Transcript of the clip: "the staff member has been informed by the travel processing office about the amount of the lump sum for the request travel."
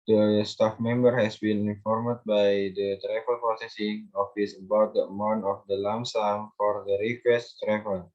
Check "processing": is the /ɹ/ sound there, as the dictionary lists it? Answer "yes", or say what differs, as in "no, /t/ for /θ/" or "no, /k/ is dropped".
no, /ɹ/ is dropped